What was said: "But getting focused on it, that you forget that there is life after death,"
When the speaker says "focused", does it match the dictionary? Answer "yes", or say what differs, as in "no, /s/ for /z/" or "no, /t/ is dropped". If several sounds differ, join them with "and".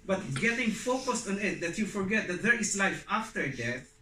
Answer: yes